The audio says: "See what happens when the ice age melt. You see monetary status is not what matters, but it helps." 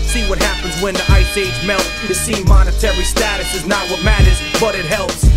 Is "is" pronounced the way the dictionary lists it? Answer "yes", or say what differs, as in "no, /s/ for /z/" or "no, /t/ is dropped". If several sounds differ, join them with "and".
yes